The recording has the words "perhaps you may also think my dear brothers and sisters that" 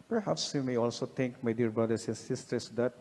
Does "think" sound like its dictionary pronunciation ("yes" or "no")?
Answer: no